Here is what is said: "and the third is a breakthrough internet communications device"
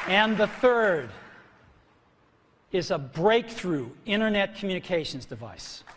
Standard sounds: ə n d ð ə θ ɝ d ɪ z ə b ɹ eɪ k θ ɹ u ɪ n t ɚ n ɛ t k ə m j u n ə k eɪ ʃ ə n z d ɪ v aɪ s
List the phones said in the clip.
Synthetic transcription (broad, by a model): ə n ð ə θ ɝ d ɪ z ə b ɹ eɪ k θ ɹ u ɪ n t ɚ n ɛ t k m j u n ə k eɪ ʃ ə n z d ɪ v aɪ s